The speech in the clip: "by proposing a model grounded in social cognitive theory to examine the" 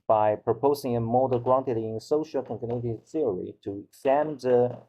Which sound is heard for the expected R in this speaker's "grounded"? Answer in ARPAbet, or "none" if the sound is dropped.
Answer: L